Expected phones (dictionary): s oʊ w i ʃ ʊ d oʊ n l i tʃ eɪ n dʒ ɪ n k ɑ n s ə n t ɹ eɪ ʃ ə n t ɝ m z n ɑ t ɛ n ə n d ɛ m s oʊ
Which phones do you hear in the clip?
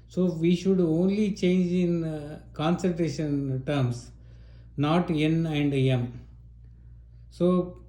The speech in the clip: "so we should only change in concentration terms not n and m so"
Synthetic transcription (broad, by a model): s oʊ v i ʃ ʊ d oʊ n l i tʃ eɪ n dʒ ɪ n k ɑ n s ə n t ɹ eɪ ʃ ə n t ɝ m s n ɑ t ɛ n ə n d ɛ m s oʊ